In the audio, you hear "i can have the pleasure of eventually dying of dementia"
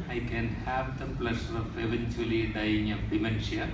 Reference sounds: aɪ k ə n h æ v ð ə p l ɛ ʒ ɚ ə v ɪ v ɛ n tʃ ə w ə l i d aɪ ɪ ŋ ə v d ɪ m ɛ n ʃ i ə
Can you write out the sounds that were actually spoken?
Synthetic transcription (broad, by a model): aɪ k ə n h æ v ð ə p l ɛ s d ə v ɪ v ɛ n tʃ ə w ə l i d aɪ ɪ ŋ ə p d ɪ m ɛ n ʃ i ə